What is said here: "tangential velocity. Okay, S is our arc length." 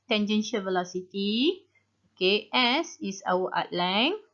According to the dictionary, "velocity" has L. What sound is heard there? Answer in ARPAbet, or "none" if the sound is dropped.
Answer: L